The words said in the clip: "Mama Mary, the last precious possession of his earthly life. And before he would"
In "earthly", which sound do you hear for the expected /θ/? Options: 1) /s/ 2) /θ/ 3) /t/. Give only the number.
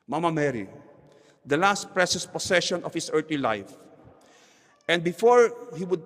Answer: 3